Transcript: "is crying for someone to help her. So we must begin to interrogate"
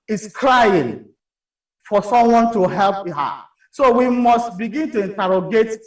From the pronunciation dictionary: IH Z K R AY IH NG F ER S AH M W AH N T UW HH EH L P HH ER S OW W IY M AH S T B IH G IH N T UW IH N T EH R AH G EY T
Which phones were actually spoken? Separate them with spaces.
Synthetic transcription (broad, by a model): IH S K R AY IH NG F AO S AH M W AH N T UW HH EH L P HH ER S OW W IY M AH S T B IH G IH N T UW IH N T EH R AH G EY T